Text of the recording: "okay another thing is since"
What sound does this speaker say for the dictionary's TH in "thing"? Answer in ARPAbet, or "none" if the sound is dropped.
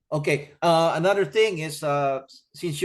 TH